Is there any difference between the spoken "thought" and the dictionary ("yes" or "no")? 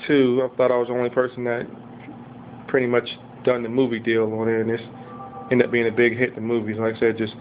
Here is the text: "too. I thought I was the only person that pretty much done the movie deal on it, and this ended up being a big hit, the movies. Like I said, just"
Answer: no